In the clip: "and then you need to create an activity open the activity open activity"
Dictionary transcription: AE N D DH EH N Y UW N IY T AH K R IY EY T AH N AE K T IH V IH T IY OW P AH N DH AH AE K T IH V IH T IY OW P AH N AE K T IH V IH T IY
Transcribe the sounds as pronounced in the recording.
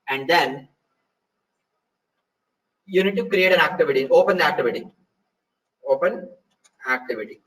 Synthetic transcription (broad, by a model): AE N D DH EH N Y UW N IY T AH K R IY EY T AH N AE K T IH V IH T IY OW P AH N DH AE K T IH V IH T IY OW P AH N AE K T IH V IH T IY